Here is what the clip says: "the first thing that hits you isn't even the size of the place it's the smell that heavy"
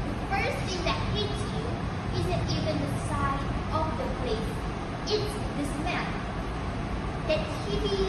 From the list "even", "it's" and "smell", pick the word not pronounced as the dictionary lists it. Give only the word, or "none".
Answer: smell